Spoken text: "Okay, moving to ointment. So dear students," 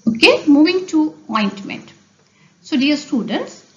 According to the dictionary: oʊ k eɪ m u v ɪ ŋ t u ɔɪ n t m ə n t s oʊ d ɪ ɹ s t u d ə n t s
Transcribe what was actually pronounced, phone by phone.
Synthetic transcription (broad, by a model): oʊ k eɪ m u v ɪ ŋ t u ɔɪ n t m ə n t s oʊ d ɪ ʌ s t u d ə n t s